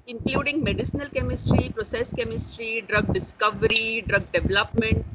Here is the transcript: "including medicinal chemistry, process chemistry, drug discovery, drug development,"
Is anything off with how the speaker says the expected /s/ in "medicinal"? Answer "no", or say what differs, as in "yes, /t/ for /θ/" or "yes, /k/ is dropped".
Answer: no